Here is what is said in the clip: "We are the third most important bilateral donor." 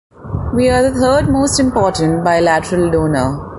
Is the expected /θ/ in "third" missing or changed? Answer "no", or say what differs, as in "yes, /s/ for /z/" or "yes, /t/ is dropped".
yes, /t/ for /θ/